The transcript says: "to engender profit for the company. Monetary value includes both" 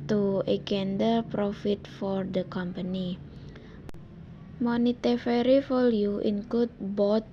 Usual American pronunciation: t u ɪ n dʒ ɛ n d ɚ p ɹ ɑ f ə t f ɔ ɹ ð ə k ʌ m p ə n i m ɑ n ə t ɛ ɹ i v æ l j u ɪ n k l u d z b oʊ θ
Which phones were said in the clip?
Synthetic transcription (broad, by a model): t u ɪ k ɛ n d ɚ p ɹ ɑ f ə t f ɔ ɹ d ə k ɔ m p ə n i m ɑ n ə t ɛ ɹ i f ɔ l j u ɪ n k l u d b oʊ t